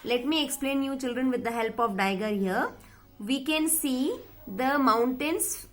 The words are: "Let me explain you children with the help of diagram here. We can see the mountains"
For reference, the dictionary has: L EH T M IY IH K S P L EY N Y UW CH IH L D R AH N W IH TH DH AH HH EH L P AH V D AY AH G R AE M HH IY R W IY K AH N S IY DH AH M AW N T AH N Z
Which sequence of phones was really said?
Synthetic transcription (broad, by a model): L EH T M IY IH K S P L EY N Y UW CH IH L D R AH N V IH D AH HH EH L P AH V D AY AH G AH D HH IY R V IY K AH N S IY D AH M AW N T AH N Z